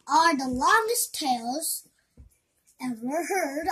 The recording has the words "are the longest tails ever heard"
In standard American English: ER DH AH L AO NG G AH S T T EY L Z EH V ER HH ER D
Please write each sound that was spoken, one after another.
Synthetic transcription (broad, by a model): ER DH AH L AO NG G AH S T T EY L Z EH W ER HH ER D